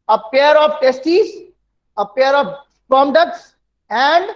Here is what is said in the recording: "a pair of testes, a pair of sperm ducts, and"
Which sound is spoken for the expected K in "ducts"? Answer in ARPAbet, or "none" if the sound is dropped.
K